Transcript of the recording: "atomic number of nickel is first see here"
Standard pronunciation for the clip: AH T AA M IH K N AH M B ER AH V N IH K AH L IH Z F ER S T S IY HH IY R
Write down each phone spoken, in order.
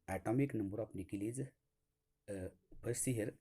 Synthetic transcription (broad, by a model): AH T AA M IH K N AH M B ER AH P N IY K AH L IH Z P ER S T S IY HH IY R